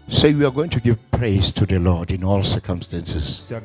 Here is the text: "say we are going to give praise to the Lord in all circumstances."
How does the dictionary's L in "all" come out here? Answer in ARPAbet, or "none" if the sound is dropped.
L